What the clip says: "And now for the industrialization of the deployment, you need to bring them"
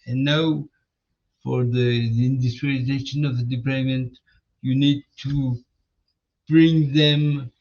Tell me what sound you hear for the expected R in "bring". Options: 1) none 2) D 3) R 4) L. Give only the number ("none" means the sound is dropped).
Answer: 3